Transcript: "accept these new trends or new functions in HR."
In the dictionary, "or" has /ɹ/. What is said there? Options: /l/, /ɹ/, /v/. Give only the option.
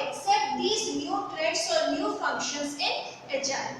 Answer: /ɹ/